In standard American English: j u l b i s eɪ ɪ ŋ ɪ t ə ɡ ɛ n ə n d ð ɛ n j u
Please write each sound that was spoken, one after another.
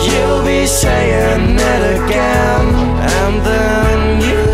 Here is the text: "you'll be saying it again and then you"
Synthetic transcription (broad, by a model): j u l b i ʃ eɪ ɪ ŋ ɪ t ə ɡ ɛ n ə n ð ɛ n j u